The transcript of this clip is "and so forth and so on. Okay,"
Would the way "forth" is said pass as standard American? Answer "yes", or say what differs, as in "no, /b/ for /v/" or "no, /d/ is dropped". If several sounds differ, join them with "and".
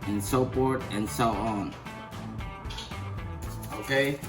no, /p/ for /f/